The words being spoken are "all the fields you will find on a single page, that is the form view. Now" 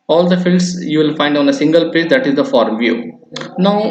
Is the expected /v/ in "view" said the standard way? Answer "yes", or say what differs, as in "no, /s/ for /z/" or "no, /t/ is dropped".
yes